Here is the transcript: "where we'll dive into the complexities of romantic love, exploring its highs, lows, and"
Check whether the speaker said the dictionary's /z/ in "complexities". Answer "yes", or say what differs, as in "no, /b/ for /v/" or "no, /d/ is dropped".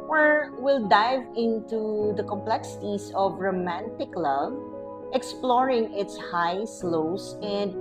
no, /s/ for /z/